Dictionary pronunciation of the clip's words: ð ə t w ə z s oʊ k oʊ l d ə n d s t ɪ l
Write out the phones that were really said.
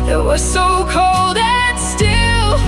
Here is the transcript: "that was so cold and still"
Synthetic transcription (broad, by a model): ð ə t w ə z s oʊ k oʊ l d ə n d s t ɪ l